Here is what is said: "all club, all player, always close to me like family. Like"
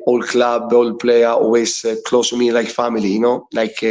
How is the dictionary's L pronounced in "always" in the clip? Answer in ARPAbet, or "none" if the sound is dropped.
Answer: none